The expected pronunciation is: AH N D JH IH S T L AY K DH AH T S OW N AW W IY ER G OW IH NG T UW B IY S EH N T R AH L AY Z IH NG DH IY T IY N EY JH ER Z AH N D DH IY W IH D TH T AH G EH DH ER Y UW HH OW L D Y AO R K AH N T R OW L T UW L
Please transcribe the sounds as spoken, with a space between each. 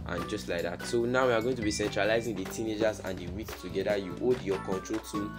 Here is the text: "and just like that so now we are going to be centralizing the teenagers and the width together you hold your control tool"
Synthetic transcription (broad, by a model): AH N JH IH S T L AY K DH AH T S OW N AW W IY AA G OW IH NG T UW B IY S EH N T R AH L AY Z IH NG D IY T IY N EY JH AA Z AH N D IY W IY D T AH G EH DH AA Y UW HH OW D Y AO K AH N T R OW L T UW